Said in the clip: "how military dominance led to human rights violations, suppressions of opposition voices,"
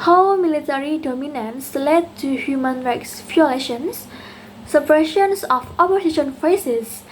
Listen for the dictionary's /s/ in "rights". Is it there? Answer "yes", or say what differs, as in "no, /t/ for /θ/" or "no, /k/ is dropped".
yes